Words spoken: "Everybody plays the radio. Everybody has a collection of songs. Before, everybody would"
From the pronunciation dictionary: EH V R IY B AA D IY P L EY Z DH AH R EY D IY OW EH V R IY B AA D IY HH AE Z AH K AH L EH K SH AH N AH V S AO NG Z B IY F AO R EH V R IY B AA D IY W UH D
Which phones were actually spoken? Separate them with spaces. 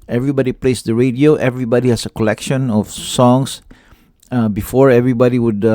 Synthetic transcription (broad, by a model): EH V R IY B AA D IY P L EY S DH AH R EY D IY OW EH V R IY B AA D IY HH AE S AH K AH L EH K SH AH N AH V S AO NG S B IY F AO R EH V R IY B AA D IY W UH D